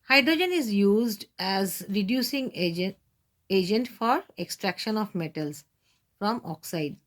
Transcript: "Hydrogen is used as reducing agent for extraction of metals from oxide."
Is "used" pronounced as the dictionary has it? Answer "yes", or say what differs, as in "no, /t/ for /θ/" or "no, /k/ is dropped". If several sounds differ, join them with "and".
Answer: yes